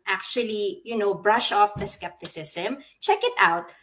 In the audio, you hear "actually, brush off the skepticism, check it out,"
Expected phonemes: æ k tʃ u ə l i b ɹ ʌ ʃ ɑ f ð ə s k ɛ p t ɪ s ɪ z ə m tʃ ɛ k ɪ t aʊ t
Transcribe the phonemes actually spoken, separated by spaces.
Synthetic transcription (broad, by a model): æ k tʃ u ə l i b ɹ ʌ ʃ ɑ f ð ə s k ɛ p t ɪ s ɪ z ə m tʃ ɛ k ɪ t aʊ t